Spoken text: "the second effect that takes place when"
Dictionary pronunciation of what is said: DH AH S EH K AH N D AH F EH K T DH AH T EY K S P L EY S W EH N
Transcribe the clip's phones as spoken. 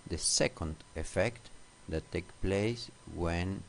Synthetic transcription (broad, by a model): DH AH S EH K AH N D AH F EH K T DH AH T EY K P L EY S W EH N